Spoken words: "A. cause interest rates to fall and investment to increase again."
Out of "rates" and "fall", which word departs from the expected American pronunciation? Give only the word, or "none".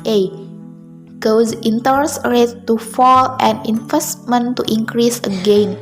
rates